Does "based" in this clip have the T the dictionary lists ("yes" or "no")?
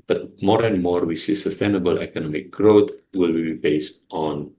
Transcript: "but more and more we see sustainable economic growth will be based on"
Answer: yes